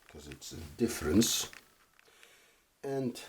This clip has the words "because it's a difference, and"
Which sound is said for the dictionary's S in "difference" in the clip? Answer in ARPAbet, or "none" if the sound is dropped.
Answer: S